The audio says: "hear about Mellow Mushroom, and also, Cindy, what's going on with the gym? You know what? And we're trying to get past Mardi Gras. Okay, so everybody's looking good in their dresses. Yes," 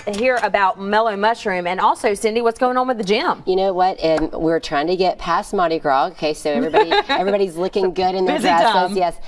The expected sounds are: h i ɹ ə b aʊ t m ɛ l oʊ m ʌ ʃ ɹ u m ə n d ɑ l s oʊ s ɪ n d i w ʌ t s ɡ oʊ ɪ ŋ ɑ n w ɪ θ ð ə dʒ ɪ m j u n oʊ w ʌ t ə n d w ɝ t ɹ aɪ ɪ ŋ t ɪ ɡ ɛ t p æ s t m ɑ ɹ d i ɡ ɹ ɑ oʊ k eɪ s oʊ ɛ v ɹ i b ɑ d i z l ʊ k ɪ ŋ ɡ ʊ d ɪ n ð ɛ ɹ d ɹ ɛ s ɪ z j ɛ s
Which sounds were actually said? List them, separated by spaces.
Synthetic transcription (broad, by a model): h i ɹ ə b aʊ t m ɛ l oʊ m ʌ ʃ ɹ u m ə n ɑ l s oʊ s ɪ n d i w ʌ t s ɡ oʊ ɪ ŋ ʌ n w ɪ ð ə dʒ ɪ m j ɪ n oʊ w ʌ t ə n w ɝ t ɹ aɪ ɪ ŋ t ɪ ɡ ɛ t p æ s m ɑ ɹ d i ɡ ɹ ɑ oʊ k eɪ s oʊ ɛ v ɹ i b ɑ d i z l ʊ k ɪ ŋ ɡ ʊ d ɪ n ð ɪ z j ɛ s